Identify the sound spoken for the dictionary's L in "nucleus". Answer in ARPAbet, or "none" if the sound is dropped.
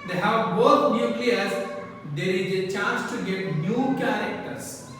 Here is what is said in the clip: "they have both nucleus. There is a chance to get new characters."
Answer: none